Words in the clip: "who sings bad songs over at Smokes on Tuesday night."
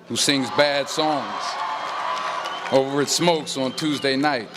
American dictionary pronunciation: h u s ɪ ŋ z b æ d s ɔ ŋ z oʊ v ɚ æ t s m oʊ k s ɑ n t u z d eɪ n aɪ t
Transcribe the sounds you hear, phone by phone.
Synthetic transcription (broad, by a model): h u s ɪ ŋ z b æ d s ɔ ŋ z oʊ v ɚ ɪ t s m oʊ k s n t u z d eɪ n aɪ t